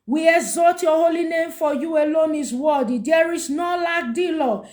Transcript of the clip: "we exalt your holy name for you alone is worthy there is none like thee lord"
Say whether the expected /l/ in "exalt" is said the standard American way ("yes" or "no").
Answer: no